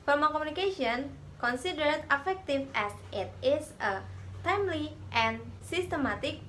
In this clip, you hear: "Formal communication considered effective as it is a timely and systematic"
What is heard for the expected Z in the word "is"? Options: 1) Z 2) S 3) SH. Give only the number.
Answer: 2